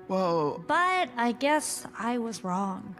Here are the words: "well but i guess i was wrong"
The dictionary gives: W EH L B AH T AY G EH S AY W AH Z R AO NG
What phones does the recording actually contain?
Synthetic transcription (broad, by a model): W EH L B AH T AY G EH S AY W AH Z R AO NG